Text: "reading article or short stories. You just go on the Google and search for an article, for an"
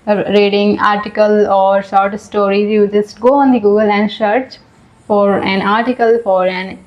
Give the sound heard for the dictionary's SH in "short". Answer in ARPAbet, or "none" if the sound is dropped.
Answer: S